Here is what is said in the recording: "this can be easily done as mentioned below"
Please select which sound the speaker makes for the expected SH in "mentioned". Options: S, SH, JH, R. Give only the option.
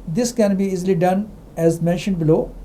SH